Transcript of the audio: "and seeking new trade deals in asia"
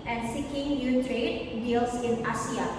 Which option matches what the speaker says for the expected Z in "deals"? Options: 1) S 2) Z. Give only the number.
1